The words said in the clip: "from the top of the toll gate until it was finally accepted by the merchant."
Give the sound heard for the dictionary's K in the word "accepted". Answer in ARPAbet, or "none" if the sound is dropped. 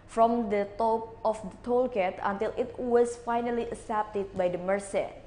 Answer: none